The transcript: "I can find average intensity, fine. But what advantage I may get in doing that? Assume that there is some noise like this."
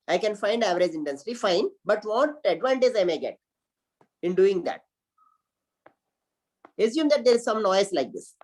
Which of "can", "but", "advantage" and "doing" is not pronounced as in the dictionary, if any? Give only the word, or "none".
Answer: advantage